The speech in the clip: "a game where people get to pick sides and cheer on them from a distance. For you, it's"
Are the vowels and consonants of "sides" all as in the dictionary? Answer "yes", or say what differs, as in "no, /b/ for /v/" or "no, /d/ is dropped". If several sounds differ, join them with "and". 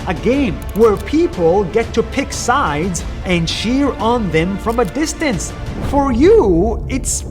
yes